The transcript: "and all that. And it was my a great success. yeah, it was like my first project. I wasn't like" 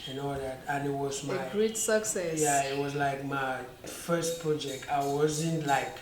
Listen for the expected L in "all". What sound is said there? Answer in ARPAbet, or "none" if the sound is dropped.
W